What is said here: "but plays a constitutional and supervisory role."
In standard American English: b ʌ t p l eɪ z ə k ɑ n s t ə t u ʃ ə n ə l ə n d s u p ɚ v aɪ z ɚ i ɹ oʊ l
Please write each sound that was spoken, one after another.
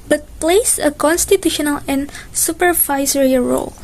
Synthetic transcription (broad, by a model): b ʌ t p l eɪ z ə k ɑ n s t ə t u ʃ ə n ə l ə n s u p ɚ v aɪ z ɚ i ɹ oʊ l